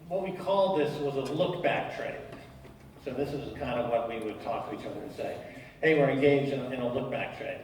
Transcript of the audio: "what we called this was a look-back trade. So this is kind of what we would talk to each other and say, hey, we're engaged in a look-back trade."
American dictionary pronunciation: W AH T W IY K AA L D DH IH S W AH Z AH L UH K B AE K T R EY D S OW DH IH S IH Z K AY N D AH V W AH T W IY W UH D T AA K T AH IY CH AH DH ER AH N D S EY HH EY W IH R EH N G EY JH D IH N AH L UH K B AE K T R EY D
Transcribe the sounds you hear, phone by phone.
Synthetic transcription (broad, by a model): W AH T W IY K AA L D DH IH S W AH Z AH L UH K B AE K T R EY D S OW DH IH S IH Z K AY N D AH V W AH T W IY W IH D T AA K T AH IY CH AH ER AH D S EY HH EY W IH R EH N G EY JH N IH N AH L UH K B AE K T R EY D